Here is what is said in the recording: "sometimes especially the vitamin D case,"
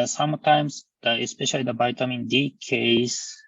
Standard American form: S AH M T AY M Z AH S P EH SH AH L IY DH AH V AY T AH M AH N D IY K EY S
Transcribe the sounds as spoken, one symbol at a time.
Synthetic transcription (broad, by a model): S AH M T AY M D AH S P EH SH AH L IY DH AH B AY T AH M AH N D IY K EY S